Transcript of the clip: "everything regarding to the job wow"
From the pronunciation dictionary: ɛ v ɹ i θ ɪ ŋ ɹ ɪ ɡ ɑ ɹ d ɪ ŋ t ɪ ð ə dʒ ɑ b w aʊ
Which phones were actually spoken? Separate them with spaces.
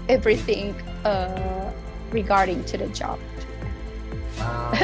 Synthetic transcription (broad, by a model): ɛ v ɹ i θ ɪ ŋ ɹ ɪ ɡ ɑ ɹ d ɪ ŋ t ɪ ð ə dʒ ɑ b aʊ